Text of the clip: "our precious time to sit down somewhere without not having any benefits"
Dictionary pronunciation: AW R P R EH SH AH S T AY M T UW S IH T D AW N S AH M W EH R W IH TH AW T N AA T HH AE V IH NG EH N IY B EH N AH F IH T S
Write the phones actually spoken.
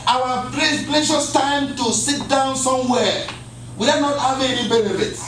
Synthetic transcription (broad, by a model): AW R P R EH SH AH S T AY M T UW S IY T D AW N S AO M W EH W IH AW N AA T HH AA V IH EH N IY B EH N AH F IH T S